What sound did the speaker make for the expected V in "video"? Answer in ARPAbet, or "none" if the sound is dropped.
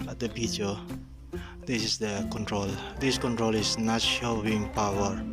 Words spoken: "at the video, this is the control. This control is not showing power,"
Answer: B